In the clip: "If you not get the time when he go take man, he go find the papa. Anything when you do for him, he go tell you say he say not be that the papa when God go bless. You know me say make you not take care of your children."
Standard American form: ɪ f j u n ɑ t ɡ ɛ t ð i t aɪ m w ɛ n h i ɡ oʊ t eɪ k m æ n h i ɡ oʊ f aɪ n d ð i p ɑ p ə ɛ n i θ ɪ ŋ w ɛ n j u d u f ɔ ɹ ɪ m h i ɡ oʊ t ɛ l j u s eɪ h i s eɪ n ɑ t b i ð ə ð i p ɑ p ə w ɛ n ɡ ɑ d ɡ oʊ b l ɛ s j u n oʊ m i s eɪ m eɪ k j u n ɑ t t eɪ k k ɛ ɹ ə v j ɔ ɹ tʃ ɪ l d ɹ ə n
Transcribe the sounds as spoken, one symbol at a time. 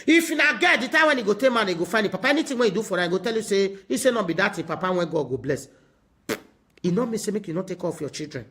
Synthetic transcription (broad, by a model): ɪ f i n ɑ ɡ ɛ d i t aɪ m w ɛ n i ɡ oʊ t eɪ m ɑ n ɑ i ɡ oʊ f aɪ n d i p ɑ p ə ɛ n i t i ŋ w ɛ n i d u f ɔ ɹ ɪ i ɡ oʊ t ɛ l j u s eɪ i s eɪ n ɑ b i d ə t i p ɑ p ə w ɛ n ɡ ɑ d ɡ oʊ b l ɛ s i n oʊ m i s eɪ m eɪ k j u n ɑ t t eɪ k k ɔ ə f j ɔ tʃ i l d ɹ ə n